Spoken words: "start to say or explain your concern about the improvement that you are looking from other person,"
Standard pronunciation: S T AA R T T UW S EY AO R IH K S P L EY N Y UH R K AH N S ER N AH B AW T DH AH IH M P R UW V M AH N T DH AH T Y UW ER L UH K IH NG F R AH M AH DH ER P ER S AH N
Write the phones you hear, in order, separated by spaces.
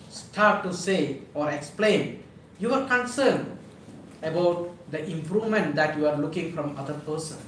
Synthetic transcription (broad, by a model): S T AA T T UW S EY AO R IH K S P L EY N Y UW W K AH N S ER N AH B AW T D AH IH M P R UW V M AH N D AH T Y UW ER L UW K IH NG F R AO M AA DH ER P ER S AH N